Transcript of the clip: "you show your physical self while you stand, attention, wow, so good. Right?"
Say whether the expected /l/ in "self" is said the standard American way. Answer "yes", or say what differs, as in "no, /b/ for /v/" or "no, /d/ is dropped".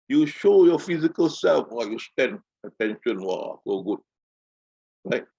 yes